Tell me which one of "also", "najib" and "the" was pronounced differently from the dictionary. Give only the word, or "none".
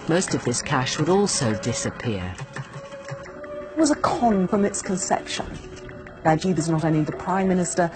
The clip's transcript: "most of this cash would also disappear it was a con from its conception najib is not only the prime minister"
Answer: najib